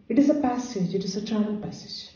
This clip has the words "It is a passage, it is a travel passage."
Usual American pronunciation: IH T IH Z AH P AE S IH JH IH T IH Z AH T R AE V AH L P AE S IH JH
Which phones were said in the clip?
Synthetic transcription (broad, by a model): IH T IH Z AH P AE S IH JH IH T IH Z AH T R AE AH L P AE S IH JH